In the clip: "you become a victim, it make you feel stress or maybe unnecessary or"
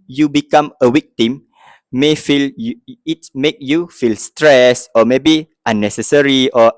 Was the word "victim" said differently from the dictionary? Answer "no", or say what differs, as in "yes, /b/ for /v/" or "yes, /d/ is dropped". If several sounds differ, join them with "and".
yes, /w/ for /v/